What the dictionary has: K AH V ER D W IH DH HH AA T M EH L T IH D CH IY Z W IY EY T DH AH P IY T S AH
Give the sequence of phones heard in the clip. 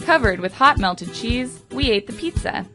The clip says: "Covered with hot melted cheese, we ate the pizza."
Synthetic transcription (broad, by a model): K AH V ER D W IH DH HH AA T M EH L T IH D CH IY Z W IY EY T DH AH P IY T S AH